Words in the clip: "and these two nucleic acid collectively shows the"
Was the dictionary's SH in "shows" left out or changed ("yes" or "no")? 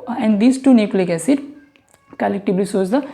yes